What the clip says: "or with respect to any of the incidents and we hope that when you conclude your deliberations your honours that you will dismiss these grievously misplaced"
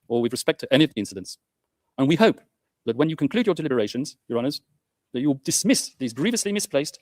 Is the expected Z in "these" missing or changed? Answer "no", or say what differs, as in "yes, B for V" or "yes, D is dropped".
no